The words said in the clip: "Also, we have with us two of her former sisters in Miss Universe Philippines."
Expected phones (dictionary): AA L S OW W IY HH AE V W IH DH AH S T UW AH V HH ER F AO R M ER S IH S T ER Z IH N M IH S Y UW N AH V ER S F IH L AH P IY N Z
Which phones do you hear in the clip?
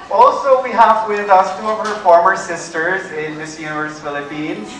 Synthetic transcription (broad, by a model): AA L S OW W IY HH AE V W IH DH AH S T UW AH V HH ER F AO R M ER S IH S T ER Z IH N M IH S Y UW N AH V ER S F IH L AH P IY N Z